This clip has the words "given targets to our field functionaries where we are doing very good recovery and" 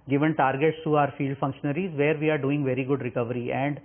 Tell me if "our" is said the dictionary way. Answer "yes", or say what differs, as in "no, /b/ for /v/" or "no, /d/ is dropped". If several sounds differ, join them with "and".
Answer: yes